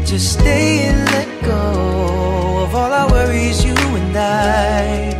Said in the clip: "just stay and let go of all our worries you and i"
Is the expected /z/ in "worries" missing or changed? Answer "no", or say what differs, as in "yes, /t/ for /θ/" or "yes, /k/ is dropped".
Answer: no